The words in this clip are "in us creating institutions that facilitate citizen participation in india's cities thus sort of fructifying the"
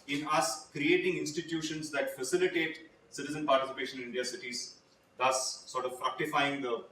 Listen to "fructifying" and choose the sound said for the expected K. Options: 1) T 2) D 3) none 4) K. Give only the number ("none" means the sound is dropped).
4